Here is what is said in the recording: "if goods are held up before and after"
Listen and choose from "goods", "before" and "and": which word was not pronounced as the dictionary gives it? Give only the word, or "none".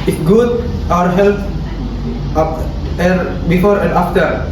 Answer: goods